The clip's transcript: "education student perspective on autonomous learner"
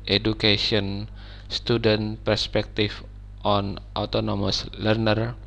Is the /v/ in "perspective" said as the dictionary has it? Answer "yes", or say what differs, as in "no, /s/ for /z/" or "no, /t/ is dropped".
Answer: no, /f/ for /v/